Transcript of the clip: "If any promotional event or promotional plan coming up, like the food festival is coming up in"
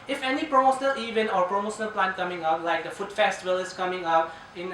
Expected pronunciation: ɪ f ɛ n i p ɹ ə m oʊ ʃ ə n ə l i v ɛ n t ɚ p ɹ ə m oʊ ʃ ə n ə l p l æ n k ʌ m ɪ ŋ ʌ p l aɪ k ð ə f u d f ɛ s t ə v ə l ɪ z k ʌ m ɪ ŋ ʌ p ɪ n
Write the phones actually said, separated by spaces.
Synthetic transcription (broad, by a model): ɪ f ɛ n i p ɹ ə m oʊ ʃ ə n ə l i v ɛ n ɔ p ɹ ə m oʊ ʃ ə n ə l p l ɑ n k ʌ m ɪ ŋ ʌ p l aɪ k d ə f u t f ɛ s t ə v ə l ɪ s k ʌ m ɪ ŋ ʌ p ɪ n